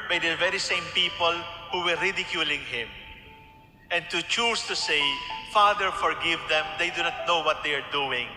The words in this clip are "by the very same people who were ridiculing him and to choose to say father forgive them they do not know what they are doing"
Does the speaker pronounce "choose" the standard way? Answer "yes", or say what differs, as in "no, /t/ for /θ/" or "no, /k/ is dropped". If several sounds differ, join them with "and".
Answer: no, /s/ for /z/